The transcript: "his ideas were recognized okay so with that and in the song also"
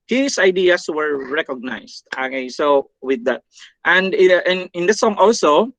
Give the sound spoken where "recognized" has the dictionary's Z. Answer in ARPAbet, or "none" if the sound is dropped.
S